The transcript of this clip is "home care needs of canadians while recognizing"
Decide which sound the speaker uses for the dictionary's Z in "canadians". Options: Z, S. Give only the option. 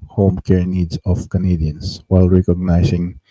S